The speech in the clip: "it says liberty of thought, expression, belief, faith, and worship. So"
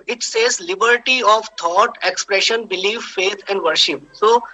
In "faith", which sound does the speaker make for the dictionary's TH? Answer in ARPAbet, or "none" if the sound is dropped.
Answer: T